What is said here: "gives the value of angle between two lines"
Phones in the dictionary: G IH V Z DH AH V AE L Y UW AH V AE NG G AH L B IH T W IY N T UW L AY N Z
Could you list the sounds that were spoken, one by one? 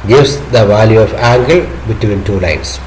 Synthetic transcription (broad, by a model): G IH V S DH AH V AE L Y UW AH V AE NG G AH L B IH T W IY N T UW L AY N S